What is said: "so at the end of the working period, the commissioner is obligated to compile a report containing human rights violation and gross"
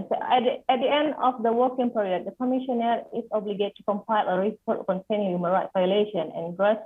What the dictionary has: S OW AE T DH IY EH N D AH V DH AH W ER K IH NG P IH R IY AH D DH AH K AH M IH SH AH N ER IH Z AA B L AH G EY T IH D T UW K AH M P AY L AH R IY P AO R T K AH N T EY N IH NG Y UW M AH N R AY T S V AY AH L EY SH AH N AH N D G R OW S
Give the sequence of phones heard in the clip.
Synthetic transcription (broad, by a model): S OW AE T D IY EH N D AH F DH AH W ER K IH NG P R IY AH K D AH K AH M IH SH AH N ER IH S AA B L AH G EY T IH T UW K AH M P AY L AH R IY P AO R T K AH N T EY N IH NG Y UW M AH N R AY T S V AY AH L EY SH AH N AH N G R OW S